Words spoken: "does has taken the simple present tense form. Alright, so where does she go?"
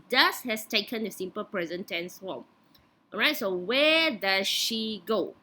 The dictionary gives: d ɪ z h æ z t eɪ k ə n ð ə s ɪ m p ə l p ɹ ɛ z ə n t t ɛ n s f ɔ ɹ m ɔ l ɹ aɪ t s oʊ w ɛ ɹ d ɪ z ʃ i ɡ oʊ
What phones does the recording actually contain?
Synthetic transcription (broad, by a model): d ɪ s h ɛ s t eɪ k ə n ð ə s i m p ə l p ɹ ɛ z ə n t t ɛ n s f ɔ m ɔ ɹ aɪ t s oʊ w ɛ d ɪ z ʃ i ɡ oʊ